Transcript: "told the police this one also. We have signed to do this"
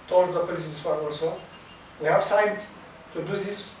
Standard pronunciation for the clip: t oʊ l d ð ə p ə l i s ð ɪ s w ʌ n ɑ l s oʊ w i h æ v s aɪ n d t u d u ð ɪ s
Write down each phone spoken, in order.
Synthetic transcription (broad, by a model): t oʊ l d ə p ə l i s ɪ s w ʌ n ɑ l s oʊ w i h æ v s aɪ d t u d u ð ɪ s